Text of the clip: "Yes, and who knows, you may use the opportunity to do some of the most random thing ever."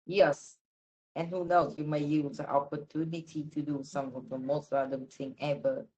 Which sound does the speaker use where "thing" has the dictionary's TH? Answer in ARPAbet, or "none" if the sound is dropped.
T